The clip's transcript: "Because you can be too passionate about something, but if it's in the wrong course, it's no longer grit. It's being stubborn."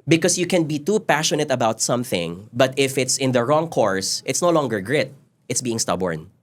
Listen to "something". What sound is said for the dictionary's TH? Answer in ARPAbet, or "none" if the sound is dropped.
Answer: TH